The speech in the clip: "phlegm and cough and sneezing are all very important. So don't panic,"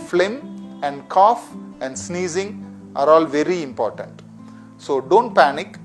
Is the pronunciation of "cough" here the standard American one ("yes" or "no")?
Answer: yes